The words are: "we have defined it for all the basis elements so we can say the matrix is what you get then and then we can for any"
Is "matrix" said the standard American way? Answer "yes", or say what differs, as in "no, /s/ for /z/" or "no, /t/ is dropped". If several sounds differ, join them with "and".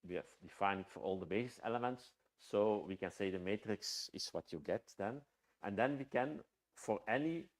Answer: yes